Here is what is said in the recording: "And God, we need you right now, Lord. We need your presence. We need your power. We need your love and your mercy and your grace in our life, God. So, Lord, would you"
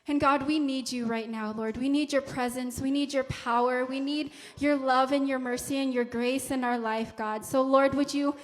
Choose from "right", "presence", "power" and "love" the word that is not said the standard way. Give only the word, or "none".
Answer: none